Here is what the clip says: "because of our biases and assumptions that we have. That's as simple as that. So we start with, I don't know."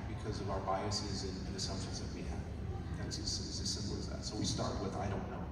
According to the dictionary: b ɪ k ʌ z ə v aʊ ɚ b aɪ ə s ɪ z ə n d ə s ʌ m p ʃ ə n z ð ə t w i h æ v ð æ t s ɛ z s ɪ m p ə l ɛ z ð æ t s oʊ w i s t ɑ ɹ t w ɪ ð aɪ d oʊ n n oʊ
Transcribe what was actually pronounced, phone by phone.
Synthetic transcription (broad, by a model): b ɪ k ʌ z ə v aʊ ɚ b aɪ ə s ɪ z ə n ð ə s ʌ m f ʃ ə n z ð ə t w i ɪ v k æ s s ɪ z s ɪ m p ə l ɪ z ð æ t s oʊ w i s t ɑ ɹ t w ɪ ð aɪ d oʊ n n oʊ